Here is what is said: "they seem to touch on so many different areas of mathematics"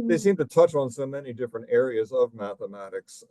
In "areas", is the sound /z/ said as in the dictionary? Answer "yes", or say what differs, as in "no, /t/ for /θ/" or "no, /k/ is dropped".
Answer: yes